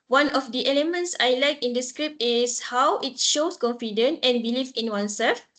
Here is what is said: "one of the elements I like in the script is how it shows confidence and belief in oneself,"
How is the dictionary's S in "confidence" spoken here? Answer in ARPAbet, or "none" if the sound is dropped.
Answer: none